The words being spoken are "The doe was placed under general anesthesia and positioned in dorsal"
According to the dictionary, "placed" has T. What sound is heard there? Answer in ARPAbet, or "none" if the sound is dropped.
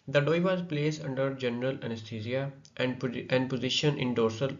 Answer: none